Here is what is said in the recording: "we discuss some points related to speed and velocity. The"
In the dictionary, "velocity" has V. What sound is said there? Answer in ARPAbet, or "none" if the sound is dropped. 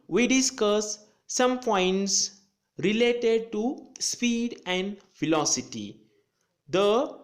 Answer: F